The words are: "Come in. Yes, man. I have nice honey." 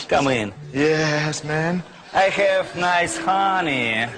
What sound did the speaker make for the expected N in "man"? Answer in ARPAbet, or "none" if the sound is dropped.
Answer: N